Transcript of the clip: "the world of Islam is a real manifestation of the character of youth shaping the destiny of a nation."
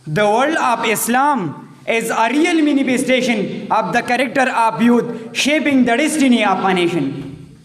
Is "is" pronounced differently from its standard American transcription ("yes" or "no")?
no